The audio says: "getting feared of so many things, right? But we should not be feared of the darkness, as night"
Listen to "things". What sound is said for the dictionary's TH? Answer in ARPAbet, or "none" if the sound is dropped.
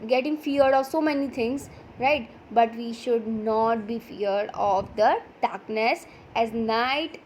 T